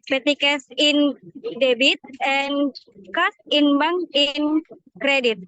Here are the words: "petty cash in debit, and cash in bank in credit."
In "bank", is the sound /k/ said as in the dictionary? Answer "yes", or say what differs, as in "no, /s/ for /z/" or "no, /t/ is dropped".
no, /k/ is dropped